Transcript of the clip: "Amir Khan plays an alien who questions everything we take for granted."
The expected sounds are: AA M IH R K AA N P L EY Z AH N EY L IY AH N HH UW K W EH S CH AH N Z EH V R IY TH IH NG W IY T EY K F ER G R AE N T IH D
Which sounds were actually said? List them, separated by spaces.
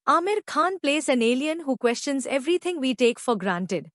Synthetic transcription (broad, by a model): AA M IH R K AA N P L EY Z AH N EY L IY AH N HH UW K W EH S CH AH N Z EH V R IY T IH NG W IY T EY K F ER G R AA N T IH D